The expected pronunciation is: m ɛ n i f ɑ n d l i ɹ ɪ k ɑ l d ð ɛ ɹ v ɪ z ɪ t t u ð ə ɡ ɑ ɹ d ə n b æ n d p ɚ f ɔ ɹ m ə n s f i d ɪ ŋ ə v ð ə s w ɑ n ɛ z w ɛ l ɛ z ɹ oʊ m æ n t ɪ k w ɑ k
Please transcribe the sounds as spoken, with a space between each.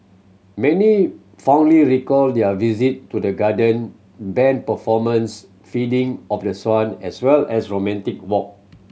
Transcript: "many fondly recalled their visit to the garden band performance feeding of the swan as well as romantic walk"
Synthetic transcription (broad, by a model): m ɛ n i f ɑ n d l i ɹ ɪ k ɑ l d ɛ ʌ v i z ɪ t t u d ə ɡ ɑ d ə n b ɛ n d p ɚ f ɔ m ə n s f i d ɪ ŋ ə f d ə s w ɑ n ɛ s w ɛ l ɛ s ɹ oʊ m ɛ n t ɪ k w ɑ k